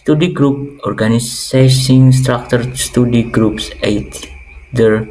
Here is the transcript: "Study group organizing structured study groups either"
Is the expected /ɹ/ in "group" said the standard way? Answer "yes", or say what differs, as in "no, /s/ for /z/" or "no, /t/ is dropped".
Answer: yes